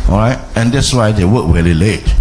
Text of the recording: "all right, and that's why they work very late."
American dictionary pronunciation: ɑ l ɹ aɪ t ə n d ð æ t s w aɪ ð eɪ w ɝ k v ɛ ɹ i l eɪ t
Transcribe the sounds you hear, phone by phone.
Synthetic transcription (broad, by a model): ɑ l ɹ aɪ t ə n d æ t s w aɪ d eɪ w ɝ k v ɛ l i l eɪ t